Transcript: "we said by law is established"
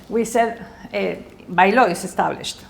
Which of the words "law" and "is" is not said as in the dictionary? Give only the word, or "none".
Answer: is